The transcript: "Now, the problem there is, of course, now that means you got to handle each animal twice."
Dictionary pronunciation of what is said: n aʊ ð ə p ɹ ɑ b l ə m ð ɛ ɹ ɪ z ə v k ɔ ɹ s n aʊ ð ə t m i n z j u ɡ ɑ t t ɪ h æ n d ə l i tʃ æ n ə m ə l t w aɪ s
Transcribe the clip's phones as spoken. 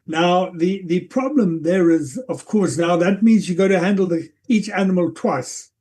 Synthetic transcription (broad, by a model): n aʊ ð ə p ɹ ɑ b l ə m ð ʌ ɹ ɪ z ə v k ɔ ɹ s n aʊ ð ə t m i n z j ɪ ɡ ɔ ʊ t ɪ h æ n d l i tʃ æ n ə m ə l t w aɪ s